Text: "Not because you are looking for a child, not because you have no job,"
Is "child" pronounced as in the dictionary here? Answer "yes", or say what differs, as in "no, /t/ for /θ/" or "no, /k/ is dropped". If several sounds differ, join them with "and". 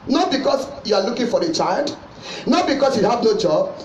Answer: yes